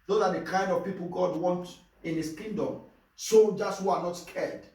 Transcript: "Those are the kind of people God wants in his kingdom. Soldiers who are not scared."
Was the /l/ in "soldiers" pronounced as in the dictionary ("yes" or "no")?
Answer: no